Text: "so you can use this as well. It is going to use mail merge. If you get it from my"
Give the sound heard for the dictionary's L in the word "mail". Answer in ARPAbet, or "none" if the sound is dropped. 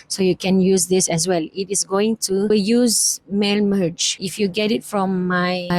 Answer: L